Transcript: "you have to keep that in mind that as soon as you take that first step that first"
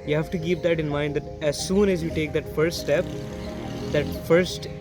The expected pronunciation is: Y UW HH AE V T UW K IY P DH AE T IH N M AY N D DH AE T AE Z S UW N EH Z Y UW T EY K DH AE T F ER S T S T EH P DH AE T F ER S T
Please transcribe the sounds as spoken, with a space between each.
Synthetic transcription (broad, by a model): Y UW HH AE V T UW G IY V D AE T IH N M AY N D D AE T AE Z S UW N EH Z Y UW T EY K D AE T F ER S T S T EH P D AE T F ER S T